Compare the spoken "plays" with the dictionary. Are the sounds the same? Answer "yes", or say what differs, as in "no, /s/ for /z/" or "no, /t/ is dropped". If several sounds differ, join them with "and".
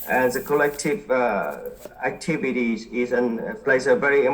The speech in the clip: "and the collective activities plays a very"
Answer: no, /s/ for /z/